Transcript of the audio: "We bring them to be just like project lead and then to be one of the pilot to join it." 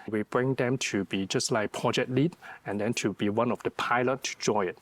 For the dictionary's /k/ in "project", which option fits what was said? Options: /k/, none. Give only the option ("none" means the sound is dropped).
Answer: none